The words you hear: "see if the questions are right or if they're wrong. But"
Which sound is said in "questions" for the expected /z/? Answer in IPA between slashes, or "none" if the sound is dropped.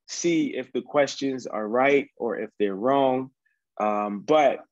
/z/